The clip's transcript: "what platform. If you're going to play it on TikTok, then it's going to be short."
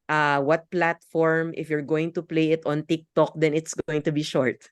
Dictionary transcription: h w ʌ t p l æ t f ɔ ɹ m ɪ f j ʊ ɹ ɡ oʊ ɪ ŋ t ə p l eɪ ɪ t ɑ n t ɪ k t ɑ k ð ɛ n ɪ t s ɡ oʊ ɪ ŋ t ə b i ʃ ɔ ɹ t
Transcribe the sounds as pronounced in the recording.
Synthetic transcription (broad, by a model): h w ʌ t p l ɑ t f ɔ ɹ m ɪ f j ʊ ɹ ɡ oʊ ɪ ŋ t ə p l eɪ ɪ t ɑ n t ɪ k t ɑ k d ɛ n ɪ t s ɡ oʊ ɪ ŋ t ə b i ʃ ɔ ɹ t